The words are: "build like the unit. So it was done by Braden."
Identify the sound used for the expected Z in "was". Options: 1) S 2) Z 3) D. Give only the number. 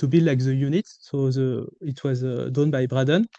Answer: 2